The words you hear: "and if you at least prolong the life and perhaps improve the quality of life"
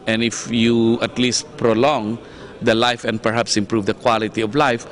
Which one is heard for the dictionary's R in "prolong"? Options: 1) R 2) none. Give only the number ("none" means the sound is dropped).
1